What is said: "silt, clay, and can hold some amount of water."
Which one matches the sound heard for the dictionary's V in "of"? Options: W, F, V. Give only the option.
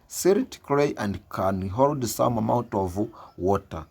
V